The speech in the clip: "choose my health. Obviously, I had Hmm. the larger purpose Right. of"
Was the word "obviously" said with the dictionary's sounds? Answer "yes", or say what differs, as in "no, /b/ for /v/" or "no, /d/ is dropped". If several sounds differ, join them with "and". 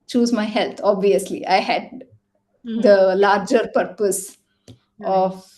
yes